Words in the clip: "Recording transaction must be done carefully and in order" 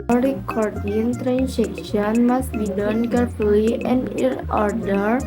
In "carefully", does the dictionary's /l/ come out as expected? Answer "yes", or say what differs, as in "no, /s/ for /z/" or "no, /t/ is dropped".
no, /l/ is dropped